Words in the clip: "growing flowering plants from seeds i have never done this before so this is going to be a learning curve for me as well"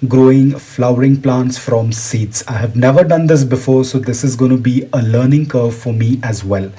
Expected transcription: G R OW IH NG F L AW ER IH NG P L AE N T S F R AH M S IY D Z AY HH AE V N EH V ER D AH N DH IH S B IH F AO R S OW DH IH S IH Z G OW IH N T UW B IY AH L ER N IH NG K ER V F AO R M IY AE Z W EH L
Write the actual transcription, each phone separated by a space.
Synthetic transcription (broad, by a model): G R OW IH NG F L AW ER IH NG P L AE N T S F R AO M S IY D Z AY HH AE V N EH V ER D AH N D IH S B IH F AO R S OW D IH S IH Z G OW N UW B IY AH L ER N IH NG K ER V F AO R M IY AE Z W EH L